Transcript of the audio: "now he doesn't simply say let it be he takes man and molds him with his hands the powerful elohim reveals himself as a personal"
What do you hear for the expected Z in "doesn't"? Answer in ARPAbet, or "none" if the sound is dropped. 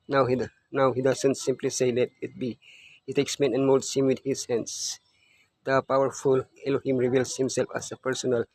S